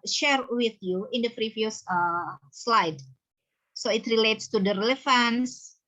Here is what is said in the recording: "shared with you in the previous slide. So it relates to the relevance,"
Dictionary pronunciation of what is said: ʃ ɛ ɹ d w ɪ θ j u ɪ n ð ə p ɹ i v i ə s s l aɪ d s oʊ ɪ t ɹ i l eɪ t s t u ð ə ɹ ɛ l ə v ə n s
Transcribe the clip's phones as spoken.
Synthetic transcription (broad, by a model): ʃ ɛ ɹ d w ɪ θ j u ɪ n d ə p ɹ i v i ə s s l aɪ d s oʊ ɪ t ɹ i l eɪ t s t u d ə ɹ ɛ l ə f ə n s